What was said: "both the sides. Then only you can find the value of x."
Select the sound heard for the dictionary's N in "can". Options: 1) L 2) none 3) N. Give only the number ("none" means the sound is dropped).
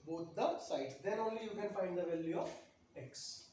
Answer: 3